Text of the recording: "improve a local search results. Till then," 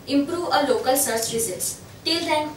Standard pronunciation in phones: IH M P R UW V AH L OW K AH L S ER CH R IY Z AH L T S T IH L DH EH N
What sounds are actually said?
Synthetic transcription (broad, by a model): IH M P R UW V AH L OW K AH L S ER S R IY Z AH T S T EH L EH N